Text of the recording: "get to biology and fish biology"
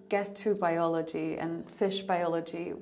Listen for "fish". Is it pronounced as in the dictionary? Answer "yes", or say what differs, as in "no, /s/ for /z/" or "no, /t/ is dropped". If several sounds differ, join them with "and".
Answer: yes